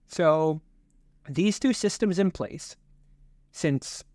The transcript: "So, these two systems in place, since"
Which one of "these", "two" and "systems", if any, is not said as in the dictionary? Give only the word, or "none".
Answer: none